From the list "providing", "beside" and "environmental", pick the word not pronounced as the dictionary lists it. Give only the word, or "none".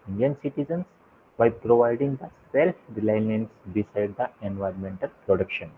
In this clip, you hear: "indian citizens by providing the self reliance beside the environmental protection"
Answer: none